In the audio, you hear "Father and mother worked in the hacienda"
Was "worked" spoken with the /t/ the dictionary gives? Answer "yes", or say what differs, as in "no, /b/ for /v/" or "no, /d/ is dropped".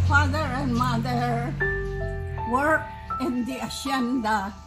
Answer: no, /t/ is dropped